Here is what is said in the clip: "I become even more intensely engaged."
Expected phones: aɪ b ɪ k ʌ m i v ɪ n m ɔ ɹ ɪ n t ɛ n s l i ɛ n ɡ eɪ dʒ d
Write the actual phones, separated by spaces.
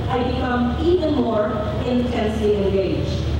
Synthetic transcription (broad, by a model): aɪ b ɪ k ʌ m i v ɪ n m ɔ ɹ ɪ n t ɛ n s i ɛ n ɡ eɪ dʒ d